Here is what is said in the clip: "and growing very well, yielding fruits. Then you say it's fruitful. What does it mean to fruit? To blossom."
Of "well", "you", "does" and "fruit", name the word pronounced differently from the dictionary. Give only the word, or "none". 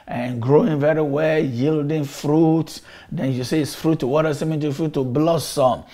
does